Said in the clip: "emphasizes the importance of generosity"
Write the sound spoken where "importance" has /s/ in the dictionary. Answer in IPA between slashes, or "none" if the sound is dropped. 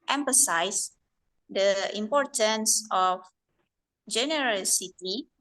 /s/